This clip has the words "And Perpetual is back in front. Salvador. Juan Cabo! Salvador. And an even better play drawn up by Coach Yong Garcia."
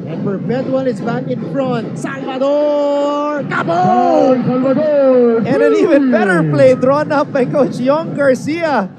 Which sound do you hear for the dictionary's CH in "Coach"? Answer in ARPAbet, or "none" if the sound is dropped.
CH